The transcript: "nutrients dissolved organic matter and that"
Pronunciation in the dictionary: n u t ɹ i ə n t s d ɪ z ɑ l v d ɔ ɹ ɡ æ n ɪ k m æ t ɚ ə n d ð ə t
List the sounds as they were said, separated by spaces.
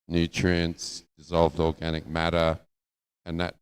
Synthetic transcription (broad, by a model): n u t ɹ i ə n s d ɪ z ɑ l v d ɔ ɹ ɡ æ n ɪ k m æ t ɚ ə n ð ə t